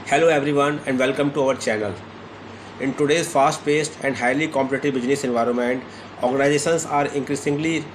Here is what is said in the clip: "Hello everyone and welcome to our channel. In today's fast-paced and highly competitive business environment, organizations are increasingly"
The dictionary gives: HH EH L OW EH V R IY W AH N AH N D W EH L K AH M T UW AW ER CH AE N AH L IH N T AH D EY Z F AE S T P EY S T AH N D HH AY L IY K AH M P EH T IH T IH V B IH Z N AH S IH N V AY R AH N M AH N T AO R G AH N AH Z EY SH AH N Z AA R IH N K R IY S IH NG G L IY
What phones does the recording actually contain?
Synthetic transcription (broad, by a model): HH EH L OW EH V R IY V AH N AH N D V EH L K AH M T UW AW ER CH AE N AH L IH N T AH D EY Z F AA S T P EY S T AH N D HH AY L IY K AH M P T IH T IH B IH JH N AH S IH N V AY R AH N M AH N T AO R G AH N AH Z EY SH AH N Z AA R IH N K R IY S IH NG G L IY